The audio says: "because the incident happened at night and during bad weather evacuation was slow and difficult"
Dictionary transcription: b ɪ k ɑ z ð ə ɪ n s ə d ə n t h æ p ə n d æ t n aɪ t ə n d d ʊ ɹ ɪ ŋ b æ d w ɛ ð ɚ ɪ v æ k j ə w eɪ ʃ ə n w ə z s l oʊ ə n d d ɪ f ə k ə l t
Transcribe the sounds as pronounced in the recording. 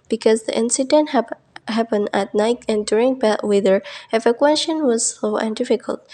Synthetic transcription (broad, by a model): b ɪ k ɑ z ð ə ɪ n s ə d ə n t h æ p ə n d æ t n aɪ t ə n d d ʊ ɹ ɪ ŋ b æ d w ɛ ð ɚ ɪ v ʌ k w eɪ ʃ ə n w ə z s oʊ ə n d d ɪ f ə k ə l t